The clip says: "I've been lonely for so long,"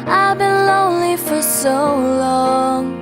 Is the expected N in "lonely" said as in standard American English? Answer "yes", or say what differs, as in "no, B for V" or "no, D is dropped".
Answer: yes